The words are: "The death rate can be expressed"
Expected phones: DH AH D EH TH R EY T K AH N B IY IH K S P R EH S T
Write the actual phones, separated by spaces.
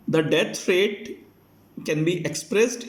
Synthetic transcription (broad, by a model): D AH D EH F R EY T K AH N B IY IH K S P R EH S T